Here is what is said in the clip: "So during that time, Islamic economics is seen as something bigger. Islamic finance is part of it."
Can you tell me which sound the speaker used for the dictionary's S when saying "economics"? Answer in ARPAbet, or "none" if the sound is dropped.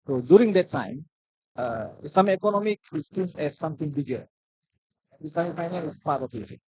none